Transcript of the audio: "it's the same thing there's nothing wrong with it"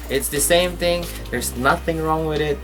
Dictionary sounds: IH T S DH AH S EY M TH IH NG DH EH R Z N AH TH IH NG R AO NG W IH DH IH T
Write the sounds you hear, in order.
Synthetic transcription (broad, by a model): IH T S DH AH S EY M TH IH NG DH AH R Z N AH TH IH NG R AO NG W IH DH IH T